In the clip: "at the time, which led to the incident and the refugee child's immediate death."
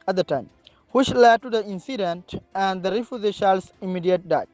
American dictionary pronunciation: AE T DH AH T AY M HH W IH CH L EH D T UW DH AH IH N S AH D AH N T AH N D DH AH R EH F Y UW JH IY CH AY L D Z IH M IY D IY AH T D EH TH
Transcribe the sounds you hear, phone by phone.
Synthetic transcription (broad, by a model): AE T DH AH T AY M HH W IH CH L EH D T UW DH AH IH N S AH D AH N T AH N D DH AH R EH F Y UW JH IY SH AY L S IH M IY D IY AH T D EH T